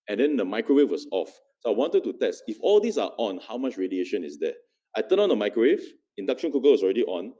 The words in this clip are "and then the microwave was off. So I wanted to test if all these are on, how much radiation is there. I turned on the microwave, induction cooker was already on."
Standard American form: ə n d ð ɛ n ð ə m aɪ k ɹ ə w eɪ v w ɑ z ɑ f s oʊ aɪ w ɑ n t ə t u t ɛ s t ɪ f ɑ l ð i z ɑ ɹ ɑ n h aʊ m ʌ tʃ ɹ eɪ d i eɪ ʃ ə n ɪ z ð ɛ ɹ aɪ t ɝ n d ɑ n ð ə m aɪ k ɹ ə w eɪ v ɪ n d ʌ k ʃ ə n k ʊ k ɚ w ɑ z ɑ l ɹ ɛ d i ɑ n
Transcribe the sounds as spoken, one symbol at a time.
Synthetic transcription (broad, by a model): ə n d ɛ n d ə m aɪ k ɹ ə w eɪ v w ɑ s ɑ f s oʊ aɪ w ɑ n t ə t u t ɛ s t ɪ f ɑ l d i s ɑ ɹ ɑ n h aʊ m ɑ tʃ ɹ eɪ d i eɪ ʃ ə n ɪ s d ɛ aɪ t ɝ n ɑ n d ə m aɪ k ɹ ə w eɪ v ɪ n d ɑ k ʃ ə n k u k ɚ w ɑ s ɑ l ɹ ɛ d i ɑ n